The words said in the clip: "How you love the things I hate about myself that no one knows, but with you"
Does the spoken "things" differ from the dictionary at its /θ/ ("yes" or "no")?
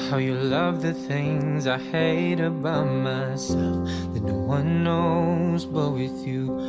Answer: no